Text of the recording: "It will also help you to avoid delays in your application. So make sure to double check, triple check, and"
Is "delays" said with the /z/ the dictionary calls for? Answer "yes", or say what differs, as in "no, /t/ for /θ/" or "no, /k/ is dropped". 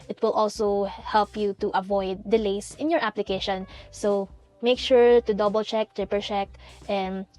no, /s/ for /z/